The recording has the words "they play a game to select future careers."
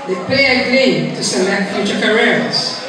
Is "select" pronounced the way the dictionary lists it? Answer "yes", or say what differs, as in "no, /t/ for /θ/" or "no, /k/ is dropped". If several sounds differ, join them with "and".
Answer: no, /k/ is dropped